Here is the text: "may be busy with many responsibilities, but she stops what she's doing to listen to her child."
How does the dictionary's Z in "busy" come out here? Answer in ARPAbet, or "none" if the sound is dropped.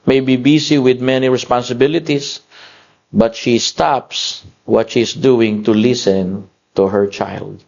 S